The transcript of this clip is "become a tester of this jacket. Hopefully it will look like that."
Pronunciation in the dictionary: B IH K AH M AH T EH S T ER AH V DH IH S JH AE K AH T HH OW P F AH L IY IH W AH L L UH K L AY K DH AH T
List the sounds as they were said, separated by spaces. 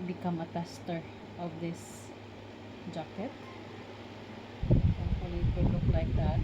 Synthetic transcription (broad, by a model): B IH K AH M AH T EH S T ER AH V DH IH S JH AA K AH T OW F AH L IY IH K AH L L UH K L AY K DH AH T